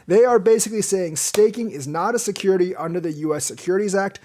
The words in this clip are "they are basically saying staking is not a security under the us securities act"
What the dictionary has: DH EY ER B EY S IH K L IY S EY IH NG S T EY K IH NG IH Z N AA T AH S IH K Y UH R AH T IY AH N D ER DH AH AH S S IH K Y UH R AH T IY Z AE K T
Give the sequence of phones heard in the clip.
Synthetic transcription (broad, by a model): DH EY ER B EY S IH K L IY S EY IH NG S T EY K IH NG IH Z N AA T AH S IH K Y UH R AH T IY AH N D ER DH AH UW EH S IH K Y UH R AH T IY Z AE K T